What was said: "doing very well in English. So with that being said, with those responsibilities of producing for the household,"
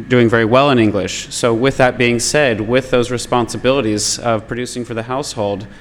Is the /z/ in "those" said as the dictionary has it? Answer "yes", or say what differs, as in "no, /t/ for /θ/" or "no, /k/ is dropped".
yes